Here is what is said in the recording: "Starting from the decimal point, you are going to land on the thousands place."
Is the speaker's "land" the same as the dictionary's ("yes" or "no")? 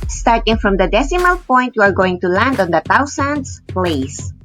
yes